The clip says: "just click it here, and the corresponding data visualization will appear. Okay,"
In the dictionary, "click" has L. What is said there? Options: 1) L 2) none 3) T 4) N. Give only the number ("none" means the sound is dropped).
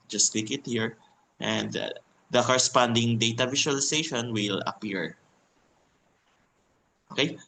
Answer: 2